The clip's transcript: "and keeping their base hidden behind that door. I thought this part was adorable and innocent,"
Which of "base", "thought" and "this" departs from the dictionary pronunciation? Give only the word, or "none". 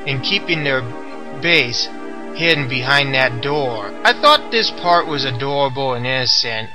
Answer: none